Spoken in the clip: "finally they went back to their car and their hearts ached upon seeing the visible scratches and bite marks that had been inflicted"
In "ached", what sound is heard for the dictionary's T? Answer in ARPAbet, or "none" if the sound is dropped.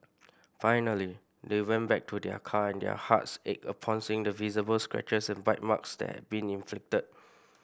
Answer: none